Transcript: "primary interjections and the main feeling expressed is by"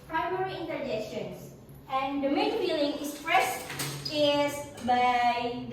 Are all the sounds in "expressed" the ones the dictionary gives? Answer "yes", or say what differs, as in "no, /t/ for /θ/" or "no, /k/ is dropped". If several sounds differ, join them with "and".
no, /k/ is dropped